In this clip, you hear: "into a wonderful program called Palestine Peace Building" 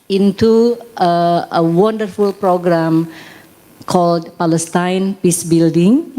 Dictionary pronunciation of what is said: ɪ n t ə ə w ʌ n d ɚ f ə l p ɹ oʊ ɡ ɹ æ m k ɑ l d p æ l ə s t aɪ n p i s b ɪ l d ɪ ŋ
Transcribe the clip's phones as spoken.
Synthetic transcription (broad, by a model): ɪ n t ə ə w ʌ n d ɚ f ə l p ɹ oʊ ɡ ɹ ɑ m k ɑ l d p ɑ l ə s t aɪ n p i s b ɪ l d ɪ ŋ